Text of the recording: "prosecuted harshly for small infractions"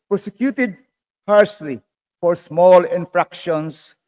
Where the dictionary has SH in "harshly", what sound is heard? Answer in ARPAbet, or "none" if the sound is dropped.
S